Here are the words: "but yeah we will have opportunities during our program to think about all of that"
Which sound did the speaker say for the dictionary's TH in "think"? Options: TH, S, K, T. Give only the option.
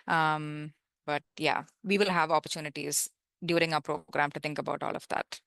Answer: T